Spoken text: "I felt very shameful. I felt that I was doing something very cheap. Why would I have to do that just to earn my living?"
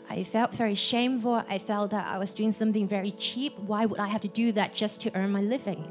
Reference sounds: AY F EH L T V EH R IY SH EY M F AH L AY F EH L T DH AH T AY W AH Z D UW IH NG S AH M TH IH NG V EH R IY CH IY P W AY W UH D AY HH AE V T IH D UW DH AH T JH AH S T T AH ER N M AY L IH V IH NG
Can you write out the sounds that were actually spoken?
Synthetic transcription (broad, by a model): AY F EH L T V EH R IY SH EY M F AH L AY F EH L T DH AH T AY W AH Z D UW IH NG S AH M TH IH NG V EH R IY CH IY P W AY W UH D AY HH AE F T IH D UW DH AH T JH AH S T T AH ER N M AY L IH V IH NG